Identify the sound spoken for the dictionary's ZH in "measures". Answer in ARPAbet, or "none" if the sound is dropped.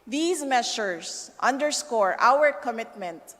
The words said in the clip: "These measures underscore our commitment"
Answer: SH